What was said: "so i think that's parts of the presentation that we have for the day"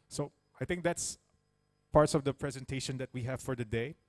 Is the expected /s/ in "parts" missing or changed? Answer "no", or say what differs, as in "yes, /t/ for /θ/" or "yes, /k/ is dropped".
no